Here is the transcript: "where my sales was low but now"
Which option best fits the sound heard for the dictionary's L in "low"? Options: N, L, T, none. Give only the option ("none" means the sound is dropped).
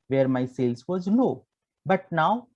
N